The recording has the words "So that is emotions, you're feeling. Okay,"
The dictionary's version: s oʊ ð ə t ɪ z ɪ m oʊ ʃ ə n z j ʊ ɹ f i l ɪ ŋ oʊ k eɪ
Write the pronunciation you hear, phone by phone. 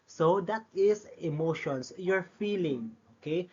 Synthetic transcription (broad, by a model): s oʊ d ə t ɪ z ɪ m oʊ ʃ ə n s j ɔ ɹ f i l ɪ ŋ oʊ k eɪ